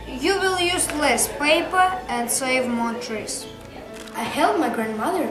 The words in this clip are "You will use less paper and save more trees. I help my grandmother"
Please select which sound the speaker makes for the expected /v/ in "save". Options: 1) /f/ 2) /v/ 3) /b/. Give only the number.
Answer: 2